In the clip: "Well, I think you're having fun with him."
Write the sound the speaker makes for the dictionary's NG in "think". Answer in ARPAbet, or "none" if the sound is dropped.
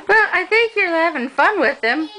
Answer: NG